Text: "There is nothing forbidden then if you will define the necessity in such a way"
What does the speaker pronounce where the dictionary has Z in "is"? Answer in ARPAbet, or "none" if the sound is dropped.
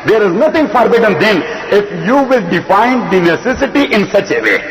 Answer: Z